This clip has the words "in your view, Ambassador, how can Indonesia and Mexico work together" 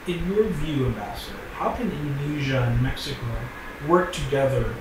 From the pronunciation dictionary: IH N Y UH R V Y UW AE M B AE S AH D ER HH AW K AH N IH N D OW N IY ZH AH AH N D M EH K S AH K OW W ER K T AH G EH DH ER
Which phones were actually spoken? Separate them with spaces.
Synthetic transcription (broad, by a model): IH N Y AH R V Y UW AE M B AE S AH D ER HH AW K AH N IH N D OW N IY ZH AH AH N M EH K S AH K OW W ER K T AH G EH DH ER